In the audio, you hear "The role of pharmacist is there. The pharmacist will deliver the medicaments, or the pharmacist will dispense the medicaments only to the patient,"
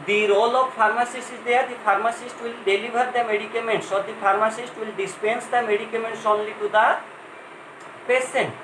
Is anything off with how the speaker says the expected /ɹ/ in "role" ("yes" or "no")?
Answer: no